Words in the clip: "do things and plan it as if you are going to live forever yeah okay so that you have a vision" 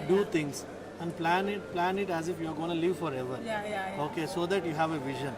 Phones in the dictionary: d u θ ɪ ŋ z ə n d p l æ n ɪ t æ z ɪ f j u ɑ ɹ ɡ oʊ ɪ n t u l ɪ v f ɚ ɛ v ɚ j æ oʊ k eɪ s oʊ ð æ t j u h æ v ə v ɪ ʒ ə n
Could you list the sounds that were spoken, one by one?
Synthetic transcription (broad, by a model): d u t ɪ ŋ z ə n d p l æ n ɪ t æ z ɪ f j u ɑ ɹ ɡ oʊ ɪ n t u l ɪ v f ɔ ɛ v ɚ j oʊ k eɪ s oʊ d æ t j u h æ v ə v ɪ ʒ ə n